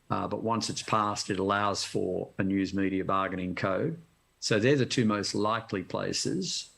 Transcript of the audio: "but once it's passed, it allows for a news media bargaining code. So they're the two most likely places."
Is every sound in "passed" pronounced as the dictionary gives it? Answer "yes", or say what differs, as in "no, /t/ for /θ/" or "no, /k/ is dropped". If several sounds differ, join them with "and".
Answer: yes